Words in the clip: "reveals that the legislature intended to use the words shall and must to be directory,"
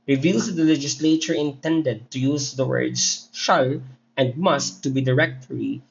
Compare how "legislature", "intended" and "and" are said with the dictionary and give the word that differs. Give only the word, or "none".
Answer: none